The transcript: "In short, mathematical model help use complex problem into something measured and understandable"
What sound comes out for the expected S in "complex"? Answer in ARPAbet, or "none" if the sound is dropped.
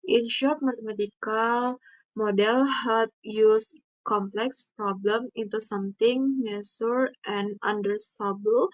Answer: S